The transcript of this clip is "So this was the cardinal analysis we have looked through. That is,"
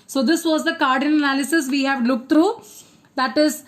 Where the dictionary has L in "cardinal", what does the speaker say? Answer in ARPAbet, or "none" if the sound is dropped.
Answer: N